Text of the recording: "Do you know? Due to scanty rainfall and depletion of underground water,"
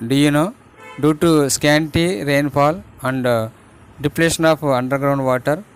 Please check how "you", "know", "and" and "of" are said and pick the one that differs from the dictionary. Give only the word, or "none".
of